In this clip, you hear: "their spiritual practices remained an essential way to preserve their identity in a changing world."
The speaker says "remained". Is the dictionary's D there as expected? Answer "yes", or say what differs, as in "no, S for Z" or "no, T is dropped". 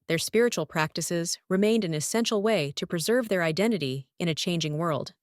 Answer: yes